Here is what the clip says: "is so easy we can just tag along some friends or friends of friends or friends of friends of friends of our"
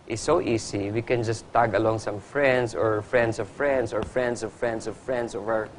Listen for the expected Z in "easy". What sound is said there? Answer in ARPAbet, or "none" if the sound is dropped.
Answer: S